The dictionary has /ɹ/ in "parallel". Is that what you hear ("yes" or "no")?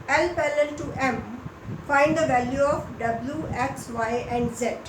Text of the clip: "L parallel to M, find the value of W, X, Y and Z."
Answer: no